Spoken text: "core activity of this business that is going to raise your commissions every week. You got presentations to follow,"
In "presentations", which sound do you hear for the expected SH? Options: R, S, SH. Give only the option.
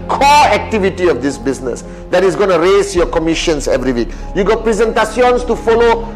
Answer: S